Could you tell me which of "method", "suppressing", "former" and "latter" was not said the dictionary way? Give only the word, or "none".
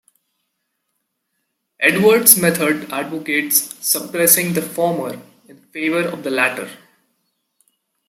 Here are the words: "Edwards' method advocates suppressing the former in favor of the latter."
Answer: method